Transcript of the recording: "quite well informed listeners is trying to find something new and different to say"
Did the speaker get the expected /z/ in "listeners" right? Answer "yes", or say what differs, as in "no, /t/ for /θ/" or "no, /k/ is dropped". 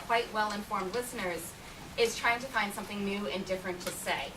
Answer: yes